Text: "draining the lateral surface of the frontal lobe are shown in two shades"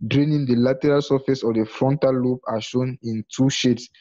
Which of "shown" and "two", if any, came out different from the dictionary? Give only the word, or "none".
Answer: none